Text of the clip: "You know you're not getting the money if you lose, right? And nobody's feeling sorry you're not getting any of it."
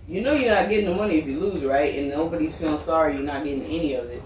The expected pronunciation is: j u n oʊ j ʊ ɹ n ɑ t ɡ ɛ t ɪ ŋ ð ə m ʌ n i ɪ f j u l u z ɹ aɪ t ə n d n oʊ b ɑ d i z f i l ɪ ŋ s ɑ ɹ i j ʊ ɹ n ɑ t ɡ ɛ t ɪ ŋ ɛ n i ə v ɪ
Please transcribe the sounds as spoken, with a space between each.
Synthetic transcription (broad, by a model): j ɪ n oʊ j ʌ ɹ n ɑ t ɡ ɛ t ɪ ŋ ð ə m ʌ n i ɪ f j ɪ l u z ɹ aɪ t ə n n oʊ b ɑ d i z f i l ɪ ŋ s ɑ ɹ i j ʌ ɹ n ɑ t ɡ ɛ t ɪ ŋ ɛ n i ə v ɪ